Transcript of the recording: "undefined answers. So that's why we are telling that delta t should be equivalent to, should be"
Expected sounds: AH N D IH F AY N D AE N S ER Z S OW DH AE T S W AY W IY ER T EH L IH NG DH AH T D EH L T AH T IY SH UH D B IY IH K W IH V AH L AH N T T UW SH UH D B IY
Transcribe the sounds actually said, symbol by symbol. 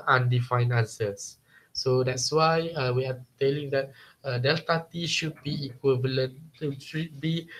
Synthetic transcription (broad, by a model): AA N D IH F AY N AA N S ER S OW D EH T S W AY W IY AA T EH L IH NG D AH T D EH L T AH T IY SH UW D B IY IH K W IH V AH L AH N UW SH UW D B IY